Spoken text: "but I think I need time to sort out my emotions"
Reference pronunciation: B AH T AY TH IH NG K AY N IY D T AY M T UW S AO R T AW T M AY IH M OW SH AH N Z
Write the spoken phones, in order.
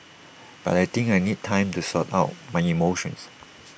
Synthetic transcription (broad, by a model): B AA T AY T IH NG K AY N IY D T AY M T UW S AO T AW T M AY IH M OW SH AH N S